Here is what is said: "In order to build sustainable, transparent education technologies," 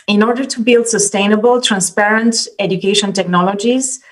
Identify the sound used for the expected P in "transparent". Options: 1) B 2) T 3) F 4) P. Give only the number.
4